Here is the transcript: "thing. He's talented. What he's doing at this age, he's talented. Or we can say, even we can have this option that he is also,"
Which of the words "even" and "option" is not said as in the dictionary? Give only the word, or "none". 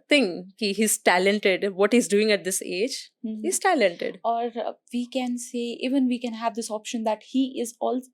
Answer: none